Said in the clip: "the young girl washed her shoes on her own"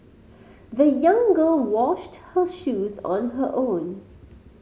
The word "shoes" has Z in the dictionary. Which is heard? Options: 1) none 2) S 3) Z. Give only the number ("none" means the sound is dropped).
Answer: 3